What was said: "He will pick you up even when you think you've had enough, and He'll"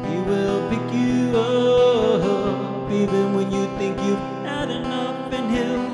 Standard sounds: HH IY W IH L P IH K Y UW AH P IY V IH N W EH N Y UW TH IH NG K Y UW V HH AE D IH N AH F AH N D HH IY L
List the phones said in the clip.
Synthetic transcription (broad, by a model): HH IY W IH L P IH K Y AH AH P IY V IH N W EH N Y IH TH IH NG K Y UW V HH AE D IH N AH P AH N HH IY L